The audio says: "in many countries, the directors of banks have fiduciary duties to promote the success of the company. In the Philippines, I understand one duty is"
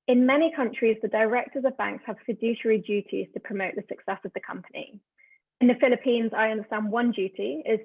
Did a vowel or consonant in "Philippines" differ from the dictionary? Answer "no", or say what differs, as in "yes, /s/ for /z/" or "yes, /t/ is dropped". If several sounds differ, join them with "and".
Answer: no